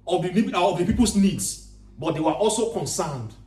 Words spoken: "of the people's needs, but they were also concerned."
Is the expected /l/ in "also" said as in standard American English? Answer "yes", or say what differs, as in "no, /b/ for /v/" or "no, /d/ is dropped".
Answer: yes